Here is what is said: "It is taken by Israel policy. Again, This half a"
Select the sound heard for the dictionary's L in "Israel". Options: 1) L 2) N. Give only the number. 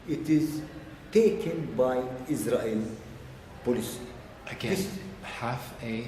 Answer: 1